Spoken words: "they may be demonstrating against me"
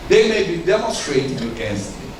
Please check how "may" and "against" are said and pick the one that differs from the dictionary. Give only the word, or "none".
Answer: against